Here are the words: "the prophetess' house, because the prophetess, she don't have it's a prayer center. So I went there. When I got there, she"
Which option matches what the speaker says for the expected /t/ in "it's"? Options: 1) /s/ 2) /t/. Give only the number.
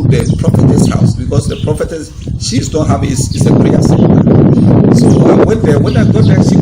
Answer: 1